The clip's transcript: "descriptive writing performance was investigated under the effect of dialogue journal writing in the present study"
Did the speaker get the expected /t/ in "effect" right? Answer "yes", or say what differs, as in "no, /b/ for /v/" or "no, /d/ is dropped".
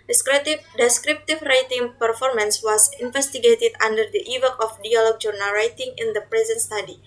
no, /t/ is dropped